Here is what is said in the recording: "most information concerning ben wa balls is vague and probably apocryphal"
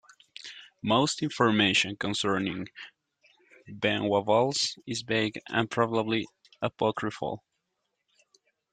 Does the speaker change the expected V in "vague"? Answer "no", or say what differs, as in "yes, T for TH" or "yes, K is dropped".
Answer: yes, B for V